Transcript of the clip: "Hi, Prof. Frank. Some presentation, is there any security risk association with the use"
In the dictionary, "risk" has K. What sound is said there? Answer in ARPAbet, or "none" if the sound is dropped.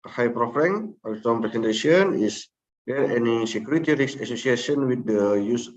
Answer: none